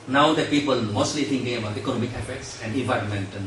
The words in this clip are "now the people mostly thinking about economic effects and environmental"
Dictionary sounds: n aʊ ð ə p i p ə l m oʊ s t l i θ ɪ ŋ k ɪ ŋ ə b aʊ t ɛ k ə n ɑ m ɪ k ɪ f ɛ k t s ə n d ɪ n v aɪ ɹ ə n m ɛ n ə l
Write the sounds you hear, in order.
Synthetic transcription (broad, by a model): n aʊ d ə p i p ə l m oʊ s t l i t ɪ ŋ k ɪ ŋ ə b aʊ t ɛ k ə n ɑ m ɪ k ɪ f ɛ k t s ə n d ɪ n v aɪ ɹ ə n m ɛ n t